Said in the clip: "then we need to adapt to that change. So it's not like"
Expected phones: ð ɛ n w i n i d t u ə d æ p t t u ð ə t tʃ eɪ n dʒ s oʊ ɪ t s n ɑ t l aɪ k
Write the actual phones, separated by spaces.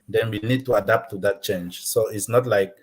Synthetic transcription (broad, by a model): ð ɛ n w i n i d t u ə d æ p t t u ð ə t tʃ eɪ n dʒ s oʊ ɪ t s n ɑ t l aɪ k